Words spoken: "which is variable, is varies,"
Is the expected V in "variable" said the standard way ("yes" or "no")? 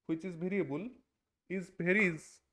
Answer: no